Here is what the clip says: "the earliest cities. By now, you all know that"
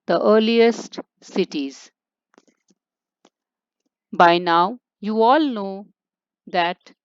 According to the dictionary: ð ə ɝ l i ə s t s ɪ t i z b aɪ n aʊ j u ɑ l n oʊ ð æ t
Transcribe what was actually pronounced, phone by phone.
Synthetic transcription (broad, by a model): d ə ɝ l i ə s t s ɪ t i z b aɪ n aʊ j u ɑ l n oʊ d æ t